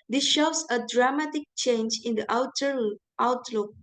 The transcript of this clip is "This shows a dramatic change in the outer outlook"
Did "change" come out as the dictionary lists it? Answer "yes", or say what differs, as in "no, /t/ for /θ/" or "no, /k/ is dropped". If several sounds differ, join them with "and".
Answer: yes